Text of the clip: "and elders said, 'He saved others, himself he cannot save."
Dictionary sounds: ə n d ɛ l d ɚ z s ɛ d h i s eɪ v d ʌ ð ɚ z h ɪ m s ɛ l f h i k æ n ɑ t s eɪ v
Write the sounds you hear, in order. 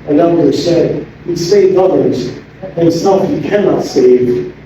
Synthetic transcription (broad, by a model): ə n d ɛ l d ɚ s ɛ d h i s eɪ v ʌ ð ɚ z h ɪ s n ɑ f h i k æ n ɑ t s eɪ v